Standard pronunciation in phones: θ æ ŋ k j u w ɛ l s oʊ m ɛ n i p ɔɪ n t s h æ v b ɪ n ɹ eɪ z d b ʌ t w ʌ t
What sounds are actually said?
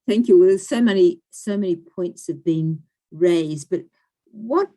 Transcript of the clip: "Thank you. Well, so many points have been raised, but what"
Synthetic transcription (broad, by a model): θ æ ŋ k j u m ɛ n s oʊ m ɛ n i p ɔɪ n t s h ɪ v b ɪ n ɹ eɪ z d b ʌ t w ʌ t